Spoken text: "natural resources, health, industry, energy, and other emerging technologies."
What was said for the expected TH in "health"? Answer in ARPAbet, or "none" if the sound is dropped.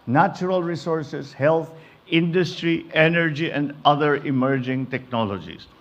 T